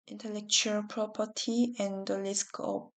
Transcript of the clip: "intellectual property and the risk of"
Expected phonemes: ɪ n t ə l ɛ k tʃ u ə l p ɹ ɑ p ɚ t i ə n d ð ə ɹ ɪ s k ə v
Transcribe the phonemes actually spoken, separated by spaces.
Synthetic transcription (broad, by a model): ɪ n t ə l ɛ k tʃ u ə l p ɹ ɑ p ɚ t i ə n d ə l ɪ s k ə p